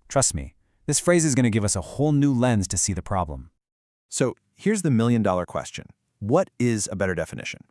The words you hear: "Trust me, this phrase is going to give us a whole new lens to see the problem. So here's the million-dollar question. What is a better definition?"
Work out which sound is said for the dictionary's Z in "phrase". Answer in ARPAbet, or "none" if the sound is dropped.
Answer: Z